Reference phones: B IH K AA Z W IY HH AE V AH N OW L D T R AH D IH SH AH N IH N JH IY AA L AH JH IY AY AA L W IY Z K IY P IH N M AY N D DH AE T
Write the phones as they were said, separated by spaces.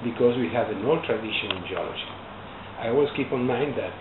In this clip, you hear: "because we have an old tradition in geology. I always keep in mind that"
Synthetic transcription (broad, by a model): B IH K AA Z W IY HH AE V AH N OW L T R AH D IH SH AH N IH N JH IY AA L AH JH IY AY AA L W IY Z K IY P IH N M AY N D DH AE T